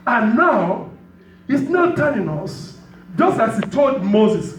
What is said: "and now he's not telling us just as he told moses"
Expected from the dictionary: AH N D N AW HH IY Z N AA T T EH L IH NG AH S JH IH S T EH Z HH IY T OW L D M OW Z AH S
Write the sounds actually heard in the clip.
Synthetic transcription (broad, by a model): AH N N AW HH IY S N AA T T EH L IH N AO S JH IH S T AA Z HH IY T OW L D M OW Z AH S